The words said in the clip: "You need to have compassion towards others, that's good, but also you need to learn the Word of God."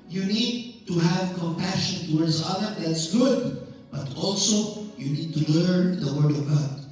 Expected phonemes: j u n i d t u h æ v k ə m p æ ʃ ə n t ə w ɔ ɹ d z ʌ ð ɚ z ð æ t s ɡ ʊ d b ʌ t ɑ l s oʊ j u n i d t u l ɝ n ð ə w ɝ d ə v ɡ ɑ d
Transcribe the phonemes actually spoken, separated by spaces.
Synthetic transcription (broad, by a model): j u n i d t u h æ v k ə m p æ ʃ ə n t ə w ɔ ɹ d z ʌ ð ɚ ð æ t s ɡ ʊ d b ʌ t ɑ l s oʊ j u n i d t u l ɝ n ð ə w ɝ d ə v ɡ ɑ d